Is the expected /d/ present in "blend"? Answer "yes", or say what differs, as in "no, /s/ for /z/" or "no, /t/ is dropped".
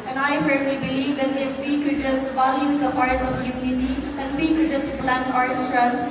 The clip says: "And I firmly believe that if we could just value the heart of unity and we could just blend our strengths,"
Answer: no, /d/ is dropped